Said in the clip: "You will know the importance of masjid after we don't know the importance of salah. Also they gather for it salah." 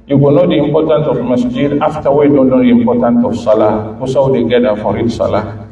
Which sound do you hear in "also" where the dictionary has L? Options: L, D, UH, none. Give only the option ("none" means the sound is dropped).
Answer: none